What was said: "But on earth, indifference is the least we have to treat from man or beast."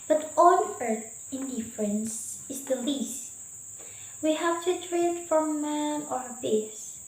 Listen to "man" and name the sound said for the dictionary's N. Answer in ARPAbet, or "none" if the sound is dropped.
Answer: none